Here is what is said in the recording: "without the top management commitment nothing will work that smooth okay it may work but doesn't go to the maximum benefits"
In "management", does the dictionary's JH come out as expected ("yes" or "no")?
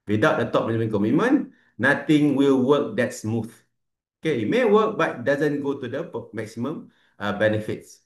no